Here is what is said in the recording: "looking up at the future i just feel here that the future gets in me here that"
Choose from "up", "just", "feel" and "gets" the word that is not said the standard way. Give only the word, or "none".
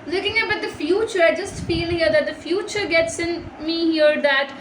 up